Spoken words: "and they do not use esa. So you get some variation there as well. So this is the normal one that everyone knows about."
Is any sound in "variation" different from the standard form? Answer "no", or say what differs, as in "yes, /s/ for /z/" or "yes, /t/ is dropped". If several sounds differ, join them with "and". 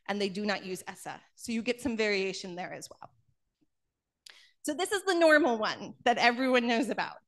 no